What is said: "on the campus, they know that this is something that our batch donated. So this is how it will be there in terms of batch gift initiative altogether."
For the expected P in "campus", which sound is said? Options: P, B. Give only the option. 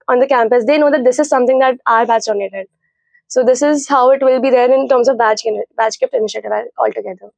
P